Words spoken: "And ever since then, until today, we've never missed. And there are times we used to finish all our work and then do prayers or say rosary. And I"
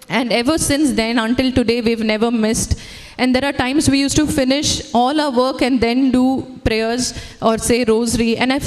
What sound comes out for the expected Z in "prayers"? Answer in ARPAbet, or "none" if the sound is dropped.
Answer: Z